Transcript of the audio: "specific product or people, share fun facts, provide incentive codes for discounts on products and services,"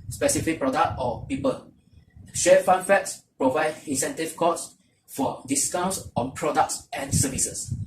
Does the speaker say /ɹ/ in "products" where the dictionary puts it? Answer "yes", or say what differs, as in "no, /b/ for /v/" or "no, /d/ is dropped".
yes